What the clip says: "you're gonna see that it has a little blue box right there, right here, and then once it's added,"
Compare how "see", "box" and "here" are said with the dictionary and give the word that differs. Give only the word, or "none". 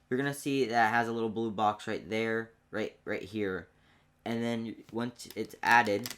none